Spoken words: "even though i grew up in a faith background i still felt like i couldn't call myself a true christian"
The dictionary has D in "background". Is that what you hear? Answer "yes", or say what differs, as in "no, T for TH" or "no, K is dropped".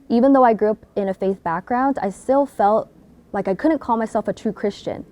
yes